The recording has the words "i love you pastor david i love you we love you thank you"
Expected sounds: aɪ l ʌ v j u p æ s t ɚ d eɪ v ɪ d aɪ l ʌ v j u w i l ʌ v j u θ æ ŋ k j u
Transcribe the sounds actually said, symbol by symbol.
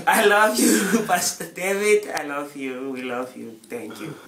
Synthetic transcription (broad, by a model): aɪ l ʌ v j u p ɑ s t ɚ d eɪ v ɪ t aɪ l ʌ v j u w i l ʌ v j u t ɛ ŋ k j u